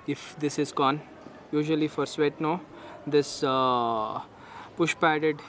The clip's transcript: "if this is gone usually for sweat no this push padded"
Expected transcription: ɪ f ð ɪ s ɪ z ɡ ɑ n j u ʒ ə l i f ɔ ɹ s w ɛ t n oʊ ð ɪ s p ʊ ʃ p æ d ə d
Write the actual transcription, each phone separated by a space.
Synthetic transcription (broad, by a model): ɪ f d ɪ s ɪ z ɡ ɑ n j u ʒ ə l i f ɔ ɹ s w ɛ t n oʊ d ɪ s p ʊ ʃ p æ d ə d